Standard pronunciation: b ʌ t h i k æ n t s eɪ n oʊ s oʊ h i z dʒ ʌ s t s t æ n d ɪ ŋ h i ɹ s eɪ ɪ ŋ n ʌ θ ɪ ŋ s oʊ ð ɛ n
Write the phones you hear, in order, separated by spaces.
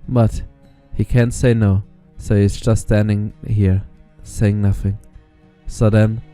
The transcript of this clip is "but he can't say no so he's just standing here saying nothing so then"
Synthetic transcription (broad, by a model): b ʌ t h i k æ n t s eɪ n oʊ s oʊ h i z dʒ ʌ s t s t æ n d ɪ ŋ h i ɹ s eɪ ɪ ŋ n ʌ θ ɪ ŋ s oʊ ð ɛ n